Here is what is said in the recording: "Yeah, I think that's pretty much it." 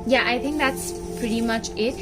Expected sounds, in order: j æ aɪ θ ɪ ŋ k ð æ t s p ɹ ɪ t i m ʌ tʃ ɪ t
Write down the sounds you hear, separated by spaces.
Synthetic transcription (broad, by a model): j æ aɪ θ ɪ ŋ k ð æ t s p ɹ ɪ t i m ʌ tʃ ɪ t